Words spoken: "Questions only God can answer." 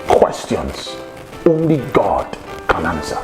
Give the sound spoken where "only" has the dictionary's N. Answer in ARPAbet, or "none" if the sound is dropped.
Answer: N